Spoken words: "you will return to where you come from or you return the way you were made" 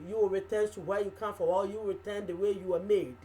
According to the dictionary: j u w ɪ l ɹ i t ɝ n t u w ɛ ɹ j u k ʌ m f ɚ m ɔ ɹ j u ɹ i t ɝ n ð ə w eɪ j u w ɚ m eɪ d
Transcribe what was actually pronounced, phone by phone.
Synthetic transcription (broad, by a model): j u w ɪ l ɹ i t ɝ n t u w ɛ j u k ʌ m f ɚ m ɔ l j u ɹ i t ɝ n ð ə w eɪ j u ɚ m eɪ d